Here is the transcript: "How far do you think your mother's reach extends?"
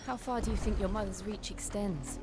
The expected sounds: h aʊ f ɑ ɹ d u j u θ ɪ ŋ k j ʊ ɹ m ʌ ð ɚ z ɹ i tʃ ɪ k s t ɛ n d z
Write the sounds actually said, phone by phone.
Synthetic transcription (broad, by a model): h aʊ f ɑ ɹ d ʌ j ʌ θ ɪ ŋ k j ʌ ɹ m ʌ ð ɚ z ɹ i tʃ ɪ k s t ɛ n d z